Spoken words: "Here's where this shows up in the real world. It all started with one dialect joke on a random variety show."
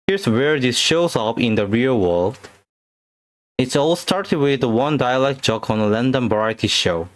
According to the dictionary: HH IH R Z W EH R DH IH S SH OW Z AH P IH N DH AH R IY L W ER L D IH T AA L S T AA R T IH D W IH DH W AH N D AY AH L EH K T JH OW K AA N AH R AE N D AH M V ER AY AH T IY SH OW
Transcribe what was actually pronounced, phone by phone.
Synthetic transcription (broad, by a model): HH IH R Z W EH R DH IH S SH OW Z AH P IH N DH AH R IY L W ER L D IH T AA L S T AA R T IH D W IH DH W AH N D AY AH L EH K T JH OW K AA N AH L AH N D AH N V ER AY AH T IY SH OW